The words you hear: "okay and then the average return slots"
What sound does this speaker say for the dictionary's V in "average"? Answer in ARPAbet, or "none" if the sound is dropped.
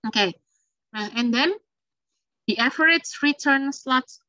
F